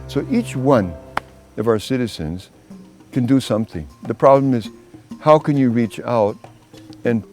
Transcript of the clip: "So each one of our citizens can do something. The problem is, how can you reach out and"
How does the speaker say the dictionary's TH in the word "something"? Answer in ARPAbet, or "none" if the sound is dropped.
TH